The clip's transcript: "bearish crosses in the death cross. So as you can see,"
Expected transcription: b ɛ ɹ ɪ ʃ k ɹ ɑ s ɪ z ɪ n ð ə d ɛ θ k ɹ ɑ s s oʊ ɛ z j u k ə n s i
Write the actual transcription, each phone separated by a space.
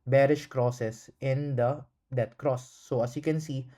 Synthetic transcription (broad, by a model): b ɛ ɹ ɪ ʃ k ɹ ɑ s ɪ s ɪ n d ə d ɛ t k ɹ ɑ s s oʊ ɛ s j u k ə n s i